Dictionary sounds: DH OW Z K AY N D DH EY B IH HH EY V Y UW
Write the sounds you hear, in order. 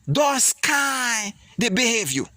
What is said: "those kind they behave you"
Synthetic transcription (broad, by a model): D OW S K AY D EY B IH HH EY V Y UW